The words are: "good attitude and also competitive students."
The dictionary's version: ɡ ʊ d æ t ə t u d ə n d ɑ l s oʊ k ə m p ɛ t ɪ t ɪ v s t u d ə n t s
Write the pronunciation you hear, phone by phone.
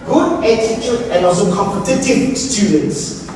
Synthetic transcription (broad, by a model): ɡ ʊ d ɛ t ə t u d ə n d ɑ s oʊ k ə m p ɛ t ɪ t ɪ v s t u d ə n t s